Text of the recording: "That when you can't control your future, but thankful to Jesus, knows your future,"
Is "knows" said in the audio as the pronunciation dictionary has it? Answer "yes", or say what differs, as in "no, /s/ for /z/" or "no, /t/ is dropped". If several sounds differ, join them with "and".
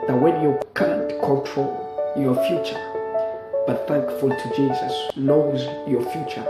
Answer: no, /l/ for /n/